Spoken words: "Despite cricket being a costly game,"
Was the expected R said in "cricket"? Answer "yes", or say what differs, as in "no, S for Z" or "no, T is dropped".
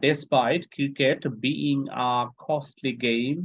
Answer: no, R is dropped